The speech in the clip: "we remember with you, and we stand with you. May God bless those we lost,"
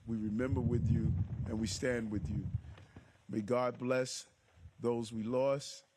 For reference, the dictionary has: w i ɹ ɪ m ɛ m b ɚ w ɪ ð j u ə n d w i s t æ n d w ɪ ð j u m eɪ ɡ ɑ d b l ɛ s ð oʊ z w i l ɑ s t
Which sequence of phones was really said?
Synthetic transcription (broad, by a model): w i ɹ ɪ m ɛ m b ɚ w ɪ ð j u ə n w i s t æ n d w ɪ ð j u m eɪ ɡ ɑ d b l ɛ s ð oʊ z w i l ɑ s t